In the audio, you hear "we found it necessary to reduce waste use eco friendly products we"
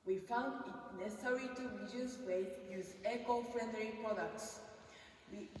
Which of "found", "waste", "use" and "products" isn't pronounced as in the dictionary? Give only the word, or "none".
waste